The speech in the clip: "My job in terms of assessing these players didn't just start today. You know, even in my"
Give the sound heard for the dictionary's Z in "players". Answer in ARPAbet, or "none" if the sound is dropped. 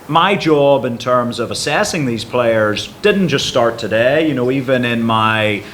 Z